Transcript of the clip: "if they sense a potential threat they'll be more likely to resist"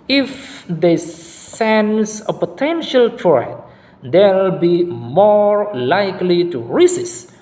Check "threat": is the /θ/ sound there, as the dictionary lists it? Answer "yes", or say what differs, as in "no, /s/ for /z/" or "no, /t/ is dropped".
no, /t/ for /θ/